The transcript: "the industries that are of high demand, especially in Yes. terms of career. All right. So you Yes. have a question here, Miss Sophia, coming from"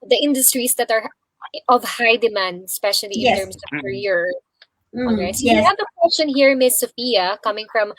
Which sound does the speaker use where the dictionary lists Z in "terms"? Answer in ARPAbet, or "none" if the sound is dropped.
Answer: S